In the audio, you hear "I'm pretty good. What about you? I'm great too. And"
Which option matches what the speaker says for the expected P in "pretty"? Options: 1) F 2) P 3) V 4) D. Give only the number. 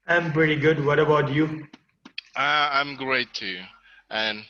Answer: 2